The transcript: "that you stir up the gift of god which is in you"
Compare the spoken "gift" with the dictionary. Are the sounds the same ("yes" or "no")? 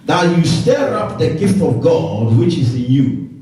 yes